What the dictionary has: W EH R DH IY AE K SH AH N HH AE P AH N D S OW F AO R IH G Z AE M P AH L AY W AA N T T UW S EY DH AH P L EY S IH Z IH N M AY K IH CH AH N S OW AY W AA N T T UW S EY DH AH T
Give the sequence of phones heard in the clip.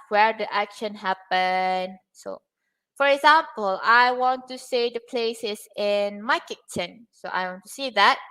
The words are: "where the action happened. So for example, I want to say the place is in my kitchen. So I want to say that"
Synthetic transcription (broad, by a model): W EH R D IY AE K SH AH N HH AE P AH N S OW F AO R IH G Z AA M P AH L AY W AA N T T UW S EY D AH P L EY S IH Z IH N M AY K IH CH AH N S OW AY W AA N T T UW S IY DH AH T